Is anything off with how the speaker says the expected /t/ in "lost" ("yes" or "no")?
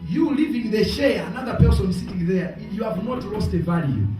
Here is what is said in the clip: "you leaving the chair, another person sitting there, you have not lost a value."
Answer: no